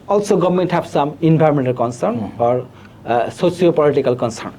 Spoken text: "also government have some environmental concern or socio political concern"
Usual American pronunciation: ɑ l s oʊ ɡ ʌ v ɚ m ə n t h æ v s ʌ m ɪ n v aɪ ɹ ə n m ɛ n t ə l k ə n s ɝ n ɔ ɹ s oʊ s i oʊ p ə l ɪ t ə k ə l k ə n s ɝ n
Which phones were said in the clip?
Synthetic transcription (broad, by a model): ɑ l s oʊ ɡ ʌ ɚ m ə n t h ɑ p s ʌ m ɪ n b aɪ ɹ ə m ɛ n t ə l k ə n s ɝ n ɔ ɹ s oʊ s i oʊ p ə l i t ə k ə l k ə n s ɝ n